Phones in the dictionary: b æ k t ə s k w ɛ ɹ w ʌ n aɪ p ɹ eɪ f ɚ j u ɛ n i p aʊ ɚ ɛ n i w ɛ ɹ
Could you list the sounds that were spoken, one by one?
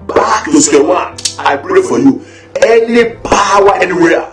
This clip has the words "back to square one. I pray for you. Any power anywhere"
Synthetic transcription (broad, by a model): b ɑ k t ə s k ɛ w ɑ aɪ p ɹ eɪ f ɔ j u ɛ n i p aʊ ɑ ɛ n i w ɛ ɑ